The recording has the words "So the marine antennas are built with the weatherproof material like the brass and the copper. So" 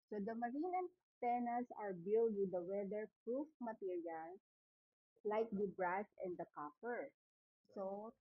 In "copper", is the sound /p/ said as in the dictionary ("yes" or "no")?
no